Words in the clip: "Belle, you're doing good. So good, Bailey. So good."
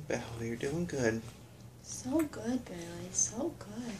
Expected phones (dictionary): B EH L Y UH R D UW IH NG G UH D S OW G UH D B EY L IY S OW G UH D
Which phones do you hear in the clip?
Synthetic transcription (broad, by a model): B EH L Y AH R D UW IH NG G UH D S OW G UH D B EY IY S OW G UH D